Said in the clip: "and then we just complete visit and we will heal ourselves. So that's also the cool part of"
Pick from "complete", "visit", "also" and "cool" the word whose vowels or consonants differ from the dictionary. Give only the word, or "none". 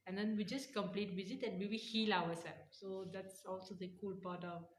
visit